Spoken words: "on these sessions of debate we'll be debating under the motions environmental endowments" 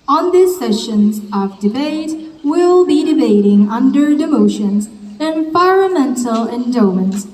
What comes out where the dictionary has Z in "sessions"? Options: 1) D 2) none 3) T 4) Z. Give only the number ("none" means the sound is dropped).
4